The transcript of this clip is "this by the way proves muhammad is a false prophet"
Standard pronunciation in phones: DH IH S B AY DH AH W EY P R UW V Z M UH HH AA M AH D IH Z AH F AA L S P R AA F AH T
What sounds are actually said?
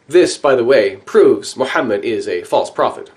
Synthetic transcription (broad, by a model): DH IH S B AY DH AH W EY P R UW V Z M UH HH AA M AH D IH Z AH F AA L S P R AA F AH T